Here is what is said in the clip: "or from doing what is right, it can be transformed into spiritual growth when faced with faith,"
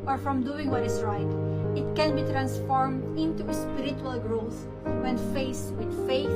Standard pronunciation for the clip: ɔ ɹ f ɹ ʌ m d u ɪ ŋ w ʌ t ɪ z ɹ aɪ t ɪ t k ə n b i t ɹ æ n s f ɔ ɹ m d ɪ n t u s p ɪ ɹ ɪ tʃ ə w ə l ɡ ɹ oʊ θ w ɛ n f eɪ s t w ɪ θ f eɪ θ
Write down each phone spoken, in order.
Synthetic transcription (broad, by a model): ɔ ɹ f ɹ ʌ m d u ɪ ŋ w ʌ t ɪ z ɹ aɪ t ɪ t k ə n b i t ɹ æ n s f ɔ ɹ m d ɪ n t u s p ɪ ɹ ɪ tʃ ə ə l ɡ ɹ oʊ s w ɛ n f eɪ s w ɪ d f eɪ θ